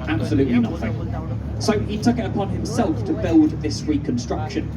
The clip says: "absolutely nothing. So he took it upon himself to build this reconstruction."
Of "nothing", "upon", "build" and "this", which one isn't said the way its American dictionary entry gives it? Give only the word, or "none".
none